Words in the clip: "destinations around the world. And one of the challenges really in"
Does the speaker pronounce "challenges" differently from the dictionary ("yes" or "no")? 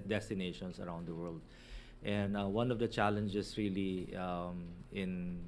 yes